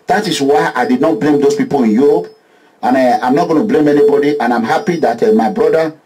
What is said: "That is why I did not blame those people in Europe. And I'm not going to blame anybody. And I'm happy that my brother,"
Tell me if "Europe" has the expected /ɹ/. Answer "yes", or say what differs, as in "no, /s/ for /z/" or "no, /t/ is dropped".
no, /ɹ/ is dropped